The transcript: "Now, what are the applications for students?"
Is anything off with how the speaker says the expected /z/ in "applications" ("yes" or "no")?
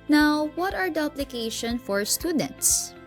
yes